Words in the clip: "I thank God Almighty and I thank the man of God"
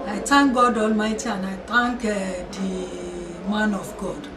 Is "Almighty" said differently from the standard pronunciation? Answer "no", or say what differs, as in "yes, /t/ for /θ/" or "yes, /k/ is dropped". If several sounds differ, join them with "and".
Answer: no